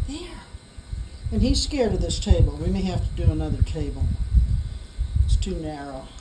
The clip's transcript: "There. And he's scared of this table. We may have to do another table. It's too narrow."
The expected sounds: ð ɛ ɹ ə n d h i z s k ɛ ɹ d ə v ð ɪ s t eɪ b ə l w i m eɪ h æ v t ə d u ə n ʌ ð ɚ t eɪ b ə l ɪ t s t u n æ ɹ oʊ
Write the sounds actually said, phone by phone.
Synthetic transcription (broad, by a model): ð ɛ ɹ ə n i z s k ɛ ɹ d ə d ð ɪ s t eɪ b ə l w i m eɪ h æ f t ə d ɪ ə n ʌ ð ɚ t eɪ b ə l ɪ t s t u n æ ɹ oʊ